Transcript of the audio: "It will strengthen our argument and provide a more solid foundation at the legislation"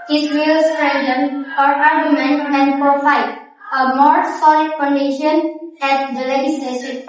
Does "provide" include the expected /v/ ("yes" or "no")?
no